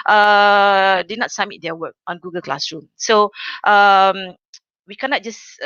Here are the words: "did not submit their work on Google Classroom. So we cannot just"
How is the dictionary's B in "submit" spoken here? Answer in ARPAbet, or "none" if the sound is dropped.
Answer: none